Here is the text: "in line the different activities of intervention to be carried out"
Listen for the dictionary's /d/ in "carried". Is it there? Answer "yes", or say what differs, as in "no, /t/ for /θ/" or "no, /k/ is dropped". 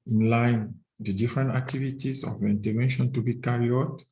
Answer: no, /d/ is dropped